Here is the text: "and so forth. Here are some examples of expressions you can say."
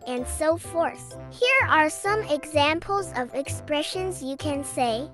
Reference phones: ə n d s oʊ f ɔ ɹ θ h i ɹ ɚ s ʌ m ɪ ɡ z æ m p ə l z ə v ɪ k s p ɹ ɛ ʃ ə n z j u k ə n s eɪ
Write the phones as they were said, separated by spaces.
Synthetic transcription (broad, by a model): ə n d s oʊ f ɔ ɹ θ h i ɹ ɚ s ʌ m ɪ ɡ z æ m p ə l z ə v ɪ k s p ɹ ɛ ʃ ə n z j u k ə n s eɪ